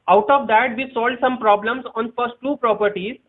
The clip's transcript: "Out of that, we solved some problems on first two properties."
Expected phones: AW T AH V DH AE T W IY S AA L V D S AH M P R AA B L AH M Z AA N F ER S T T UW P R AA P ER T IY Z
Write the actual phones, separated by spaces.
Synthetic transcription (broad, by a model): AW T AH V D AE T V IY S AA L D S AH M P R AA B L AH M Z AA N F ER S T T UW P R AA P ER T IY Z